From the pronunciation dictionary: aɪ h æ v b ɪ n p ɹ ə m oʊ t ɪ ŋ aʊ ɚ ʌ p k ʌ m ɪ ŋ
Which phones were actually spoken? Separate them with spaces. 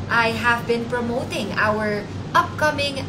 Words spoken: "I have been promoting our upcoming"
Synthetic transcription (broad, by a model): aɪ h æ v b ɪ n p ɹ ə m oʊ t ɪ ŋ aʊ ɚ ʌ p k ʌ m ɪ ŋ